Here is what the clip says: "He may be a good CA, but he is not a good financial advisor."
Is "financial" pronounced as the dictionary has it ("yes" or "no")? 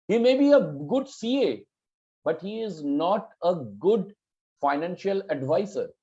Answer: yes